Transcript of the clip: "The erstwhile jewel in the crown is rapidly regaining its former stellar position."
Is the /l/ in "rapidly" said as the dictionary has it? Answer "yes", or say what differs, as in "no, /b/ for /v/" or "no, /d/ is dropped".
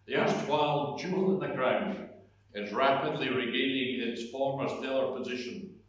yes